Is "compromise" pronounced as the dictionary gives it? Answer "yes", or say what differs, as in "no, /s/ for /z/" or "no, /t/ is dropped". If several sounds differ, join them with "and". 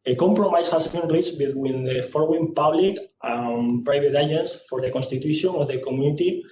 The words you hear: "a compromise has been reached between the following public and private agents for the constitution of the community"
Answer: no, /s/ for /z/